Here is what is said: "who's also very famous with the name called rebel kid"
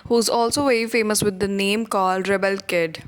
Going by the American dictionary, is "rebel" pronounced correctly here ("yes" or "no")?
yes